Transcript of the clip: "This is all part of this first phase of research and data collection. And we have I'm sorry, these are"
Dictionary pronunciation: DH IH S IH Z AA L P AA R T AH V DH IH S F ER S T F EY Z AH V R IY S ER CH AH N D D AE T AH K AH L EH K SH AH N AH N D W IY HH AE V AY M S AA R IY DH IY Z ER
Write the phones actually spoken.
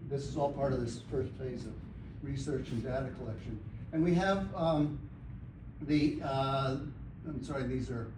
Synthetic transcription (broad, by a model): DH IH S IH Z AA L P AA R T AH V DH IH S F ER S T F EY Z AH V R IY S ER CH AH N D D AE T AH K AH L EH K SH AH N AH N W IY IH V AY M S AA R IY DH IY Z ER